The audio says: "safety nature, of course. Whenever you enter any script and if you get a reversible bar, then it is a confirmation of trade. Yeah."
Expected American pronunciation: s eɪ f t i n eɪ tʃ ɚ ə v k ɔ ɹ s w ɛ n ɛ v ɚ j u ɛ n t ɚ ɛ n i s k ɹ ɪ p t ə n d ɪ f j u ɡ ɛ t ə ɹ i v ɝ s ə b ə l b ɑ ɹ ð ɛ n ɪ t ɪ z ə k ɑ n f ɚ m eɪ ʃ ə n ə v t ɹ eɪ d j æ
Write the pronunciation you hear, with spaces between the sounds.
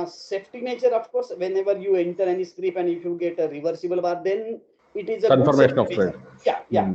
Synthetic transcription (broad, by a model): s eɪ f t i n eɪ tʃ ɚ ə f k ɔ ɹ s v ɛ n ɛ v ɚ j u ɛ n t ɚ ɛ n i s k ɹ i p ə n ɪ f j u ɡ ɛ t ə ɹ i v ɝ s ə b ə l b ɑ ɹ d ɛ n ɪ t ɪ z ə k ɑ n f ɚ m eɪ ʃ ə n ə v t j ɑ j j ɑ